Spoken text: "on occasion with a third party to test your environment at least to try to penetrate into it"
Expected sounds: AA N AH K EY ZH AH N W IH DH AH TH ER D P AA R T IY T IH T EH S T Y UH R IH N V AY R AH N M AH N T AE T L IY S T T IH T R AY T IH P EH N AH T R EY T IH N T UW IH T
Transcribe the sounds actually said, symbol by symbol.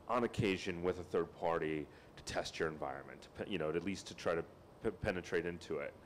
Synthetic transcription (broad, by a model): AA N AH K EY ZH AH N W IH DH AH TH ER D P AA R T IY T IH T EH S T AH R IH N V AY R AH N M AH N T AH T L IY S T T IH T R AY T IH P EH N AH T R EY T IH N T UW IH T